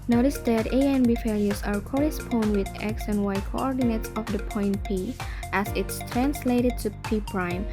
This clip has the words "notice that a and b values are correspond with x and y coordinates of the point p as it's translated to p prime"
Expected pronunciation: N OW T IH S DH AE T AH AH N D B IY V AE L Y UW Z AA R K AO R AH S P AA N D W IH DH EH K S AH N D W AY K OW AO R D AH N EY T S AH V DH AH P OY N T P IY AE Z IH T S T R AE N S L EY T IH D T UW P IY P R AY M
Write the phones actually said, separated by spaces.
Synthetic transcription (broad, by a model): N OW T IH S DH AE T AH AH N B IY F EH L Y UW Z AA R K AO R AH S P AA N D W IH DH EH K S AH N W AY K OW AO R D AH N EY T S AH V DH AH P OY N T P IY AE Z IH T S T R AE N S L EY T IH D T UW P IY P R AY M